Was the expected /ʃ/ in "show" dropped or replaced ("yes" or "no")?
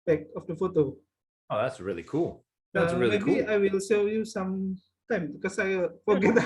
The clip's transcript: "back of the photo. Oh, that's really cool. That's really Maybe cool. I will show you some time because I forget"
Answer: yes